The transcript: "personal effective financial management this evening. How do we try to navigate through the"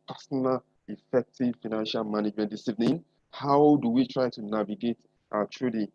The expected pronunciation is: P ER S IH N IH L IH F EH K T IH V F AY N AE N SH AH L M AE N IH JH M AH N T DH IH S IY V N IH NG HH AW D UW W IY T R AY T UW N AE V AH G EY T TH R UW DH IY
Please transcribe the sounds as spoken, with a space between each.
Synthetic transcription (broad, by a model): P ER S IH N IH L IH F EH K T IH V F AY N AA N SH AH L M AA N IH JH M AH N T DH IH S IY V N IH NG HH AW D UW W IY T R AY T UW N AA V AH G EY T T R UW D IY